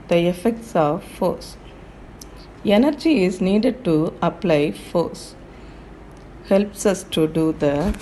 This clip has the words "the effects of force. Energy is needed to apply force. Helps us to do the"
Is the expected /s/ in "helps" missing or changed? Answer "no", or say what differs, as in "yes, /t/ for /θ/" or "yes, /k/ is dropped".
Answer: no